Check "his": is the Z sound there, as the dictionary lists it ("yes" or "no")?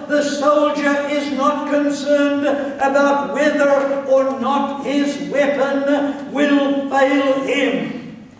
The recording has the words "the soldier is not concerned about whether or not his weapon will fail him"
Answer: yes